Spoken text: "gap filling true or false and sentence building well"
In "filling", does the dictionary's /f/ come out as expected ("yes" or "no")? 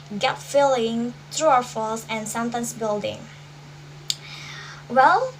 yes